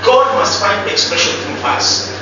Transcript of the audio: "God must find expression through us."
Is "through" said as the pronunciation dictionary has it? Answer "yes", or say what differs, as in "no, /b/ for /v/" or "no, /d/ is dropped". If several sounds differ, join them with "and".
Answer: no, /f/ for /θ/